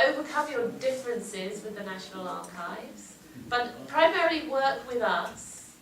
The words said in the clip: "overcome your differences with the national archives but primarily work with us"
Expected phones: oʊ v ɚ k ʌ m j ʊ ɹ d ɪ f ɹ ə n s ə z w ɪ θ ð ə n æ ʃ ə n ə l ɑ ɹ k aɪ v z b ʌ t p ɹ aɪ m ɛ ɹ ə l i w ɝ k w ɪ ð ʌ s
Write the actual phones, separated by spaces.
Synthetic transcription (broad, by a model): oʊ v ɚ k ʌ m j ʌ d ɪ f ɹ ə n s ə z w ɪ ð ə n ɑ ʃ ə n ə l ɑ k aɪ v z b ʌ t p ɹ aɪ m ɛ ɹ ə l i w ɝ k w ɪ ð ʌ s